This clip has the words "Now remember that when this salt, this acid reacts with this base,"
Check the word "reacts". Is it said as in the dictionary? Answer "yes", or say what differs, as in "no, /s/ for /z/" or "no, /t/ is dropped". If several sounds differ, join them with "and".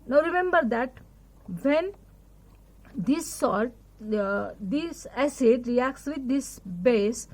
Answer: yes